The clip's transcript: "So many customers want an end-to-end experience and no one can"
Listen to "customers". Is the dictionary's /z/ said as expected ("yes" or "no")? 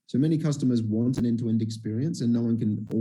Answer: yes